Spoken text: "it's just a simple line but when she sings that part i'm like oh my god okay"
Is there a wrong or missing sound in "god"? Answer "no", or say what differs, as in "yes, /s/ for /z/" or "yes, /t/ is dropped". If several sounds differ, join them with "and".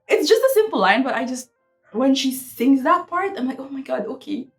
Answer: no